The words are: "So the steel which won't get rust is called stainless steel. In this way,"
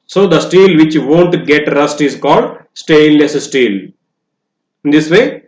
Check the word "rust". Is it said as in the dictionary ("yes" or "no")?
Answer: yes